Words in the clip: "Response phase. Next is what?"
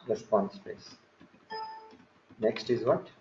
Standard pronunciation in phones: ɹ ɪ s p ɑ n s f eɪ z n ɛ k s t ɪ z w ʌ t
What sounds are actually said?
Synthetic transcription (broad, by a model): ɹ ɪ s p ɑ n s p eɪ s n ɛ k s t ɪ z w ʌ t